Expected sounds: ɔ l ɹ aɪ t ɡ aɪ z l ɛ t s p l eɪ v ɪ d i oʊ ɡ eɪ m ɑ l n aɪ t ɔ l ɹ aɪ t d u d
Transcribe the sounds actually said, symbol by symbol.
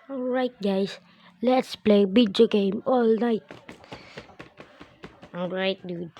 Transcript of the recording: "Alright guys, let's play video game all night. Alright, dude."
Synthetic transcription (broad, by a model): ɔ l ɹ aɪ t ɡ aɪ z l ɛ t s p l eɪ b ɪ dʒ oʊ ɡ eɪ m ɑ l n aɪ t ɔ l ɹ aɪ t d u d